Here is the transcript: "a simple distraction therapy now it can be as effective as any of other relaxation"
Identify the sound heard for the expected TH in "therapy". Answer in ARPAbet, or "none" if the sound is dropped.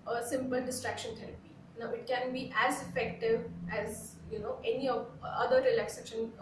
T